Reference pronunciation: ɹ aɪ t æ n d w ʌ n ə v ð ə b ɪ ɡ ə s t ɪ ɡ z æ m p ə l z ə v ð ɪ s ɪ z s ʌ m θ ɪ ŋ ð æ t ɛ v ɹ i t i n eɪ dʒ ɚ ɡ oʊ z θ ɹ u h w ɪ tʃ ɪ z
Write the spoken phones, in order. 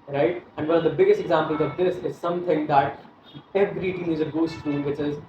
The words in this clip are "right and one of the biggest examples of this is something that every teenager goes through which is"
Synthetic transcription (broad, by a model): ɹ aɪ t æ n d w ʌ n ə v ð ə b ɪ ɡ ə s t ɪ ɡ z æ m p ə l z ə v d ɪ s ɪ z s ʌ m t ɪ ŋ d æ t ɛ v ɹ i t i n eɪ z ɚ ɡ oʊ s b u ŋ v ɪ tʃ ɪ z